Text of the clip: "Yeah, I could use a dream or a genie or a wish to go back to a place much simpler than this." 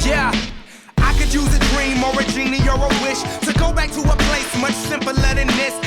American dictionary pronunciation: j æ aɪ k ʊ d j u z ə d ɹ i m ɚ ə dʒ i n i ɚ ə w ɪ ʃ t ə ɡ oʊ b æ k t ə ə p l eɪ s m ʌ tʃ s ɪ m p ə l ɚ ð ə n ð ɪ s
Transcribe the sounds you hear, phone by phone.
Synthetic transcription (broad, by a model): j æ aɪ k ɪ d j u z ə d ɹ i m ɚ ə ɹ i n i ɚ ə w ɪ ʃ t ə ɡ oʊ b æ k t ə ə p l eɪ s m ʌ tʃ s ɪ m p ə l ɚ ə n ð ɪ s